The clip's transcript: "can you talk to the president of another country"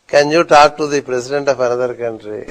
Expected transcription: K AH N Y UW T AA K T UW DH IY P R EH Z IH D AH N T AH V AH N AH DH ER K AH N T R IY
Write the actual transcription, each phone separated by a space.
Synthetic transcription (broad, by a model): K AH N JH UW T AA K T UW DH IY P R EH S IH D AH N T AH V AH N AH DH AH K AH N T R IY